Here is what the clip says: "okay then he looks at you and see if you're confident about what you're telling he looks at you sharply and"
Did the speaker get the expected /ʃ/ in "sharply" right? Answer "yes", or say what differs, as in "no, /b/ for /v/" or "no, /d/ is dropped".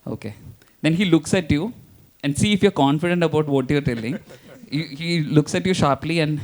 yes